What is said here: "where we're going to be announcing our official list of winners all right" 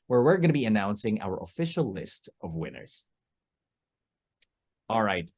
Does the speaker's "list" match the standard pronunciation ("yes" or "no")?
yes